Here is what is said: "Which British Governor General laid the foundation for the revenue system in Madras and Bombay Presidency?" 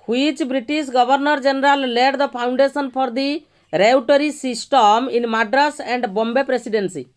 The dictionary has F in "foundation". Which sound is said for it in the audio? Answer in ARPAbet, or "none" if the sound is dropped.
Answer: P